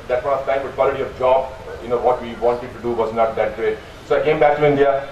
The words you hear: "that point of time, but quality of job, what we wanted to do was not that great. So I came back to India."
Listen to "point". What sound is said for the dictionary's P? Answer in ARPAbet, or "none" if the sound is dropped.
F